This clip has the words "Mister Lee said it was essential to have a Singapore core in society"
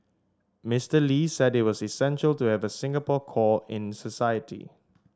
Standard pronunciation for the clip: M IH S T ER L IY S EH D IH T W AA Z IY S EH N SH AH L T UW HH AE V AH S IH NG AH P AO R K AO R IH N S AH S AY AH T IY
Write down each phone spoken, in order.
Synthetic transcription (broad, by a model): M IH S T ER L IY S EH D IH T W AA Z IY S EH N SH AH L T UW HH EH V AH S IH NG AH P AO K AO IH N S AH S AY AH T IY